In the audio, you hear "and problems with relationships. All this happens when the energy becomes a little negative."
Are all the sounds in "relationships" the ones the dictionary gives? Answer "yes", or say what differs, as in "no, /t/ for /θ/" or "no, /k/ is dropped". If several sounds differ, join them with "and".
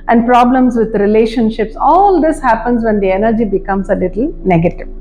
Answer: yes